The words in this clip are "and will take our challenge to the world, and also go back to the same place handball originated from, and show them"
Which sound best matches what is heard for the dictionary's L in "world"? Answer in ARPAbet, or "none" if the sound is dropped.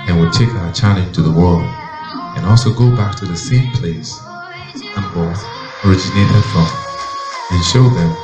L